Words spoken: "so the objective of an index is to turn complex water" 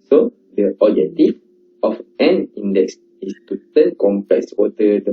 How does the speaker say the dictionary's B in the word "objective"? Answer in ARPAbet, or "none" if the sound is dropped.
none